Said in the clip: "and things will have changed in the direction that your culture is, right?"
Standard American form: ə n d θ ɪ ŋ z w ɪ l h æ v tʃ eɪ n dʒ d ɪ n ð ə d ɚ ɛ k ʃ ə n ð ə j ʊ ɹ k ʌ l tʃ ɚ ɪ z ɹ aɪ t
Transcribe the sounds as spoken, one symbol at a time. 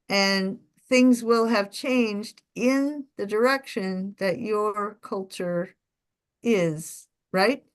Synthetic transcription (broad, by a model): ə n θ ɪ ŋ z w ɪ l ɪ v tʃ eɪ n dʒ d ɪ n ð ə d ɚ ɛ k ʃ ə n ð ə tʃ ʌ ɹ k ʌ l tʃ ɚ ɪ z ɹ aɪ t